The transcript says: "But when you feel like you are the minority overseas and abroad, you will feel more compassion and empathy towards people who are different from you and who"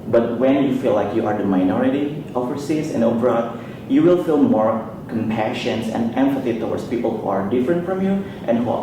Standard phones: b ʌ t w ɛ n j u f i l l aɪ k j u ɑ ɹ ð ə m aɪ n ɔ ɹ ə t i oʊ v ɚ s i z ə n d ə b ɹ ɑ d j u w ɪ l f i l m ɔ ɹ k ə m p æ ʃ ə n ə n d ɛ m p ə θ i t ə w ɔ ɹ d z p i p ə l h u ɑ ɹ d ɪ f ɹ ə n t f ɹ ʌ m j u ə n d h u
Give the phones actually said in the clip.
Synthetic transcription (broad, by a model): b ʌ t w ɛ n j u f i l l aɪ k j u ɑ ɹ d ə m aɪ n ɔ ɹ ə t i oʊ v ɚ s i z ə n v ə ɹ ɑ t j u w ɪ l f i l m ɔ ɹ k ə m p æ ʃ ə n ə n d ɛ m f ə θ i t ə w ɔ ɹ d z p i p ə l h u ɑ ɹ d ɪ f ɹ ə n t f ɹ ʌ m j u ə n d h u